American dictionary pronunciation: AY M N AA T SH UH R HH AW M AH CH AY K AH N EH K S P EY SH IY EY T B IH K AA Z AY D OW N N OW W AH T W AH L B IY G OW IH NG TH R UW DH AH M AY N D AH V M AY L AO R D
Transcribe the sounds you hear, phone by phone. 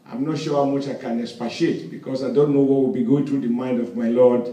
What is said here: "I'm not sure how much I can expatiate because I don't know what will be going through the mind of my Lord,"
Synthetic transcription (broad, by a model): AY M N AA T SH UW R HH AW M AH CH AY K AH N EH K S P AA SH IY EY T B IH K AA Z AY D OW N N OW W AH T W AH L B IY G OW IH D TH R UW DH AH M AY N D AH V M AY L AO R D